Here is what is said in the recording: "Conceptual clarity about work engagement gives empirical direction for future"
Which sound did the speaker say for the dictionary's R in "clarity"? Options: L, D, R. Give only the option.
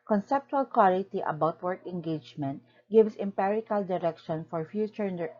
L